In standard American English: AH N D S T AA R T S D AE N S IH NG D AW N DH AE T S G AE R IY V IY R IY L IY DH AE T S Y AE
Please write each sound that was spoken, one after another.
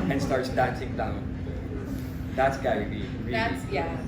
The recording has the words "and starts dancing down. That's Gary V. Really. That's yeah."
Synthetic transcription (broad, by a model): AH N S T AA R T S D AE N S IH NG D AW N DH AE T S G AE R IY B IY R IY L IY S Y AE